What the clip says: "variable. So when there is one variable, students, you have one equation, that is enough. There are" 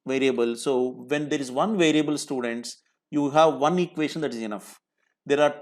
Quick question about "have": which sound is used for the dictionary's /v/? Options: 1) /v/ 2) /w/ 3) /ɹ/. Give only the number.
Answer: 1